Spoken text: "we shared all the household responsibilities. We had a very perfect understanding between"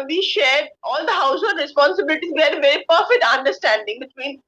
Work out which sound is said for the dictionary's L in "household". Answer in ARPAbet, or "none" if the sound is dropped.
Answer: none